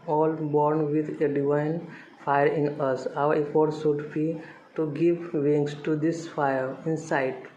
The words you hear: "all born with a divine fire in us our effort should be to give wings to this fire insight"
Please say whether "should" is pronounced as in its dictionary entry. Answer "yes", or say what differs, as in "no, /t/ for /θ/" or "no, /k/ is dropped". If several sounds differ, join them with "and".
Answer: no, /s/ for /ʃ/